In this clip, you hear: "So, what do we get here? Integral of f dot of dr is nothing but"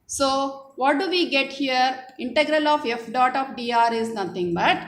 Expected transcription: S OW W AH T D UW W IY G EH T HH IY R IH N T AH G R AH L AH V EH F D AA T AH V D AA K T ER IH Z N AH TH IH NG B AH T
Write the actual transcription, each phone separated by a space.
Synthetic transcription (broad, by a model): S OW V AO T D UW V IY G EH T HH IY R IH N T AH G R AH L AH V EH F D AA T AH F D AA T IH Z N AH T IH NG B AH T